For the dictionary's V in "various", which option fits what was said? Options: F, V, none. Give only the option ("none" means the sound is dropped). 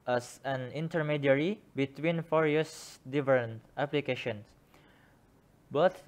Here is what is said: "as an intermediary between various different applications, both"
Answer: F